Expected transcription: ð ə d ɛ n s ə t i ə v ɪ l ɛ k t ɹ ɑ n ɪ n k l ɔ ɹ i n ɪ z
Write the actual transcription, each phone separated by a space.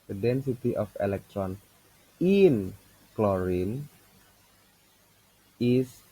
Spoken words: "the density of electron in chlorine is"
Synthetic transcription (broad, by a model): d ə d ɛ n s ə t i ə f ɪ l ɛ k t ɹ ɑ n ɪ n k l ɔ ɹ i n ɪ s